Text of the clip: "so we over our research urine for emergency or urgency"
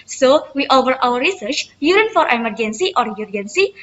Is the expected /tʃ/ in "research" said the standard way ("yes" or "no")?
yes